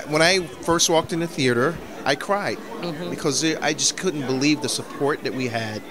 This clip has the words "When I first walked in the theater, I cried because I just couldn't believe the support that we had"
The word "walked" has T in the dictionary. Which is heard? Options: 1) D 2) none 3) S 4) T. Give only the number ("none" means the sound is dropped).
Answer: 4